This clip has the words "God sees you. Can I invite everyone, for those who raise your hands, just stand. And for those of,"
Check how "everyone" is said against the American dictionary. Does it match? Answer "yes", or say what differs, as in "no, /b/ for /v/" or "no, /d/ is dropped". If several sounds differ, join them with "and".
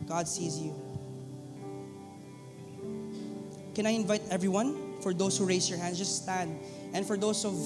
yes